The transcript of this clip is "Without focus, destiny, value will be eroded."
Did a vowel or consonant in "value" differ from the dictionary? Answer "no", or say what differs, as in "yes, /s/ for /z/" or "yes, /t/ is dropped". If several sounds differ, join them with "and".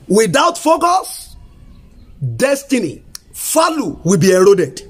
yes, /f/ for /v/